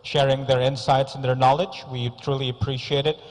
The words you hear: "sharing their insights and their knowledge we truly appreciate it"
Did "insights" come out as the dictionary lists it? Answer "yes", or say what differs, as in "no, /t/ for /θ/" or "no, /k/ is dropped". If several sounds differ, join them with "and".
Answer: yes